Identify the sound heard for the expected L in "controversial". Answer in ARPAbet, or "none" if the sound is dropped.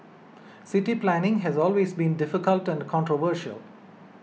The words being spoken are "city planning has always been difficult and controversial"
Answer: L